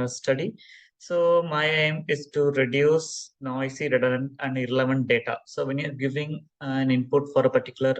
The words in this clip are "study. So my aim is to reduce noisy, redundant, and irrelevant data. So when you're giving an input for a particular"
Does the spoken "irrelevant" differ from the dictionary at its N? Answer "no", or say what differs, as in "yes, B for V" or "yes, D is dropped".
no